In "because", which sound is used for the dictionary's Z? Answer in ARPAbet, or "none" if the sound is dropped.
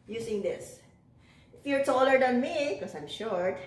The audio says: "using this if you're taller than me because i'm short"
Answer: none